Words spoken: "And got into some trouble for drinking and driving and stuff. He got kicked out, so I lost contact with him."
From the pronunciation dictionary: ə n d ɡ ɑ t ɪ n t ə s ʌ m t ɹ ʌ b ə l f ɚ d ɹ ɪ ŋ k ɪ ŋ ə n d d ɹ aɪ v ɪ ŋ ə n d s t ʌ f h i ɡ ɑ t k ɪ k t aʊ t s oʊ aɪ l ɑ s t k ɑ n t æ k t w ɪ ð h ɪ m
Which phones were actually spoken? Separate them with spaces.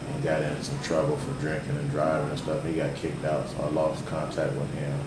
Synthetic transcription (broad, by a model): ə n ɡ ɑ t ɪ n s ʌ m t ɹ ʌ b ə l f ɚ d ɹ ɪ ŋ k ɪ ŋ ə n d d ɹ aɪ v ɪ ŋ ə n s t ʌ f h i ɡ ɑ t k ɪ k t aʊ t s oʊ l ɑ t k ɑ n t æ k t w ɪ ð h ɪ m